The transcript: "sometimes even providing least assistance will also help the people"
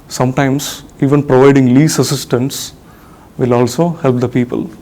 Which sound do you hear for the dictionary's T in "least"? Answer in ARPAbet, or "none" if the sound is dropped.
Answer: none